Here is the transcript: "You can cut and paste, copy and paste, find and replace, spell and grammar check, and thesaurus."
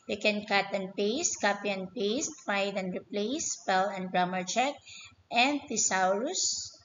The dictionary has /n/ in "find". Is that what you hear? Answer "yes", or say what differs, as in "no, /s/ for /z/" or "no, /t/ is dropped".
no, /n/ is dropped